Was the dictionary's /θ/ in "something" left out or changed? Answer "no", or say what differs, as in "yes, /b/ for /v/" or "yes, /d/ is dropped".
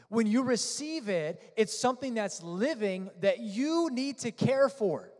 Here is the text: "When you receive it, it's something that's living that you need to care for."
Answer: no